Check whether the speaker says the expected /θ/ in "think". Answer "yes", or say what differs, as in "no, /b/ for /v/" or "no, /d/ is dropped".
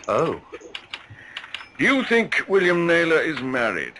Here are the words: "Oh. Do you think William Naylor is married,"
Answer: yes